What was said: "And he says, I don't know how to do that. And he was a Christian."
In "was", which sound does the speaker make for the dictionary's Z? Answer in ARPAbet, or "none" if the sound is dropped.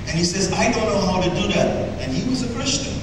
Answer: Z